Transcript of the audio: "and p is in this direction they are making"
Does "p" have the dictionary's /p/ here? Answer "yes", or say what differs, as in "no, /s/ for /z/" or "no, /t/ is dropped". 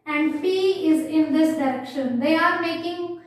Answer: no, /f/ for /p/